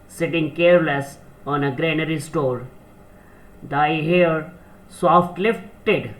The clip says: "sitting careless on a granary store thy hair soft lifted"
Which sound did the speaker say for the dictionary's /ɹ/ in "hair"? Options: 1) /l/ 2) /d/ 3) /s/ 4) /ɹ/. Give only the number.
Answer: 4